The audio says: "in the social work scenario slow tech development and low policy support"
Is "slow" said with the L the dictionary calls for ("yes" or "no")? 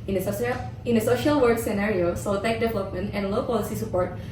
no